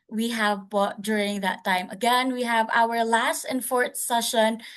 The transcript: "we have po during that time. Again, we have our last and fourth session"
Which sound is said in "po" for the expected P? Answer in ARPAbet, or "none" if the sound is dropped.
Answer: B